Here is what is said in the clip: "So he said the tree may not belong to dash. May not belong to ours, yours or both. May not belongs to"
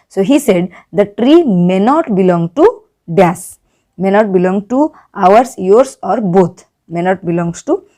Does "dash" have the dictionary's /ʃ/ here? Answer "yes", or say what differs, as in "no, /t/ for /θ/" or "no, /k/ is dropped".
no, /s/ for /ʃ/